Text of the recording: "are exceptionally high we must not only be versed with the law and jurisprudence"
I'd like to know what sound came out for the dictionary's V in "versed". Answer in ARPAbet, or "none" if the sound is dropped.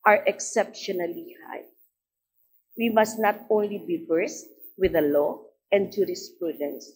B